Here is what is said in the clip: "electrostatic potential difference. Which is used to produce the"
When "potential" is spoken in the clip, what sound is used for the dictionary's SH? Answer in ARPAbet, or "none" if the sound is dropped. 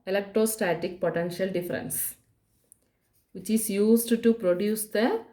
SH